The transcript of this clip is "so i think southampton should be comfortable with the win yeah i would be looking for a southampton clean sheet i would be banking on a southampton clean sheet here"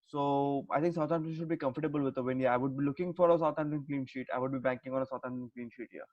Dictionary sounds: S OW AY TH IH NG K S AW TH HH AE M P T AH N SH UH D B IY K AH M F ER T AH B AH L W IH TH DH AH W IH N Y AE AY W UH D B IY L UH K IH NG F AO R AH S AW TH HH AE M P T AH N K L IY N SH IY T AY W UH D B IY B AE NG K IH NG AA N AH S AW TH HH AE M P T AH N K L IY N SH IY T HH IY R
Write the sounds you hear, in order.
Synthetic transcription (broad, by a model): S OW AY T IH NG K S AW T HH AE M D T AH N SH UH D B IY K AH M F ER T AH B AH L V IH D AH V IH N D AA AY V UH D B IY L UH K IH NG F AO R AH S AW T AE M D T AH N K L IY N SH IY T AY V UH D B IY B AE NG K IH NG AA N AH S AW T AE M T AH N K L IY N SH IY T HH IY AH